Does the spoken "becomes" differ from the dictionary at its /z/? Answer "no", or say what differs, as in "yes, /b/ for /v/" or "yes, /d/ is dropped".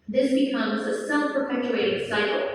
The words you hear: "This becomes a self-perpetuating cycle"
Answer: no